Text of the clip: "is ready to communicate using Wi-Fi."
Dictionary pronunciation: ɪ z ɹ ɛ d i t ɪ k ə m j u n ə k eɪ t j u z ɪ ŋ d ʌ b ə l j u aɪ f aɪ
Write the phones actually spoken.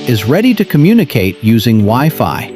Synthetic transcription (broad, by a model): ɪ z ɹ ɛ d i t ɪ k ə m j u n ə k eɪ t j u z ɪ ŋ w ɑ ə f aɪ